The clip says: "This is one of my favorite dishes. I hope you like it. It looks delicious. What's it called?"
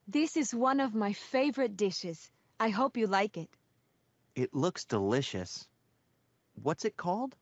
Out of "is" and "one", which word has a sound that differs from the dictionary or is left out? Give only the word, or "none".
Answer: none